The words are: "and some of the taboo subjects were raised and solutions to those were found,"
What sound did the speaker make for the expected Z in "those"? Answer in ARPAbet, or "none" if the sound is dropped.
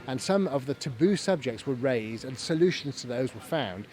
Z